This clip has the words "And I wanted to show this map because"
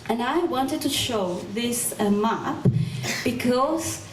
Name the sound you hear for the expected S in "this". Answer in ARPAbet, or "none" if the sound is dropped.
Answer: S